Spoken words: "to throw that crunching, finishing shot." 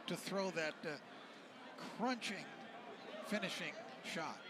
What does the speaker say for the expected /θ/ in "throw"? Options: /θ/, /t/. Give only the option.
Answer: /θ/